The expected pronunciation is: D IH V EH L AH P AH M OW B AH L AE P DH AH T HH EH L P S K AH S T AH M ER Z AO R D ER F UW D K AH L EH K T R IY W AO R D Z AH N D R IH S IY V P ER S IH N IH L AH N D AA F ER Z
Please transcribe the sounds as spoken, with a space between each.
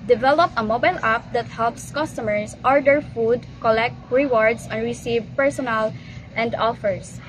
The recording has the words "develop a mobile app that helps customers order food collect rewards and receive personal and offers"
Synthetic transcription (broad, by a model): D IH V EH L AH P AH M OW B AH L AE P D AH T HH EH L P S K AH S T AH M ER S AO R D ER F UW D K AH L EH K T R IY W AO R D S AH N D R IH S IY V P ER S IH N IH L AH N D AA F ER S